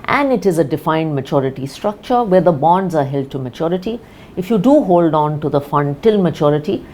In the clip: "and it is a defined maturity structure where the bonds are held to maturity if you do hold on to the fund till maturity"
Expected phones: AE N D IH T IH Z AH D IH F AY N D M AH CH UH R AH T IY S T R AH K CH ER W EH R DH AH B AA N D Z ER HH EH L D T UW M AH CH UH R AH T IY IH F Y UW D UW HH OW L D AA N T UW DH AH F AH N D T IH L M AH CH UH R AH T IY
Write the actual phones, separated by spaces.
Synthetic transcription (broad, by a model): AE N D IH T IH Z AH D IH F AY N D M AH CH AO R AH T IY S T R AH K CH ER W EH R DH AH B AA N D Z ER HH EH L D T UW M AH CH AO R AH T IY IH F Y UW D UW HH OW L D AA N T UW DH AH F AH N D T IH L M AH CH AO R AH T IY